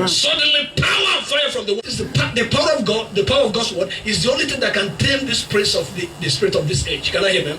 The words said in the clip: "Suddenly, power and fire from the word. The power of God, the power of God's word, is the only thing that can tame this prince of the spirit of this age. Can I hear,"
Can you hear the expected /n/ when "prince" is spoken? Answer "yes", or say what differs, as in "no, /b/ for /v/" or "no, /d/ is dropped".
no, /n/ is dropped